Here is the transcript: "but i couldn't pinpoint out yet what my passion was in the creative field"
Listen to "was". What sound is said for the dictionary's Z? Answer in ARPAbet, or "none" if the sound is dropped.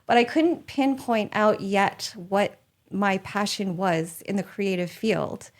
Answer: Z